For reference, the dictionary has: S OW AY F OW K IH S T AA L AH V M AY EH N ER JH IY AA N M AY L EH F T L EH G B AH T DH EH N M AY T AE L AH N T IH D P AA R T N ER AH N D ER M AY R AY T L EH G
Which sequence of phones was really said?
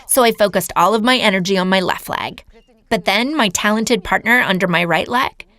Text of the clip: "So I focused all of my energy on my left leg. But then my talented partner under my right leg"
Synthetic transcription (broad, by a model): S OW AY F OW K IH S T AA L AH V M AY EH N ER JH IY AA N M AY L EH F T L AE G B AH T DH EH N M AY T AE L AH N T IH D P AA R T N ER AH N D ER M AY R AY T L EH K